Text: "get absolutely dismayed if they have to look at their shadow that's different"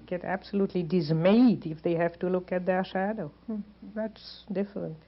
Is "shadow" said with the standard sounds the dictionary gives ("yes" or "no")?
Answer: yes